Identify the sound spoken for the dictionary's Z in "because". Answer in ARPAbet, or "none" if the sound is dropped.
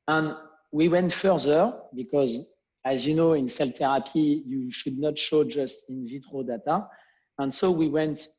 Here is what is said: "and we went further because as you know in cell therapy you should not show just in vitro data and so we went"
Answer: Z